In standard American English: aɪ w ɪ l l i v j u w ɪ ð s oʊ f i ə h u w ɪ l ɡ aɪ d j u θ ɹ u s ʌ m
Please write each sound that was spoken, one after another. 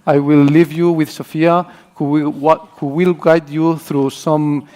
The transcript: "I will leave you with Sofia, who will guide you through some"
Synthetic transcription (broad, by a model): aɪ w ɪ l l i v j u w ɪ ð s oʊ f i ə h u w ɪ l ɡ aɪ d j u θ ɹ u s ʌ m